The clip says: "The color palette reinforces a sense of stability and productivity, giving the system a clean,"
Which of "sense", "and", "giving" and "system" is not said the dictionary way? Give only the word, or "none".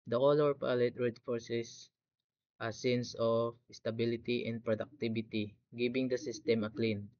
giving